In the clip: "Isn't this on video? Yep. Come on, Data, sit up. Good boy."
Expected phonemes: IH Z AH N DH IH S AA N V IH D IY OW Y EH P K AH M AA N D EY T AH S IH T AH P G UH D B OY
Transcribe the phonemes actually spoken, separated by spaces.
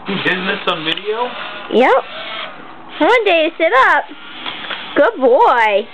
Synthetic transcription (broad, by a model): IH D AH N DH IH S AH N V IH D IY OW Y EH P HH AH AH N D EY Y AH S IH T AH P G UH D B OY